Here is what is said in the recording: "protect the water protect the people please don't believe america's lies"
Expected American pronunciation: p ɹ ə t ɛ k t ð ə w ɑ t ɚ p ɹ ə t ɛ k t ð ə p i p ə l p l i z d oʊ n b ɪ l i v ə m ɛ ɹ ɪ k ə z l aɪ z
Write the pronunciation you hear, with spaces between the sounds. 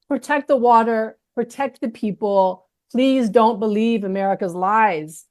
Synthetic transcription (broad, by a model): p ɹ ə t ɛ k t ð ə w ɑ t ɚ p ɹ ə t ɛ k t ð ə p i p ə l p l i z d oʊ n b ɪ l i v ə m ɛ ɹ ɪ k ə z l aɪ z